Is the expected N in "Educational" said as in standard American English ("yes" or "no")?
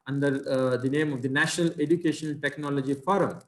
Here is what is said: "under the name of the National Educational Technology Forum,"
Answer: no